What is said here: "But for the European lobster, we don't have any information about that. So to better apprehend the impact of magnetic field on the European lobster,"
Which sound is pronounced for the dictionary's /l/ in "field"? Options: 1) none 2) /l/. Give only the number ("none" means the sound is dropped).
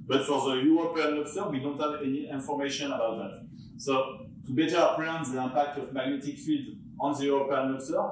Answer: 2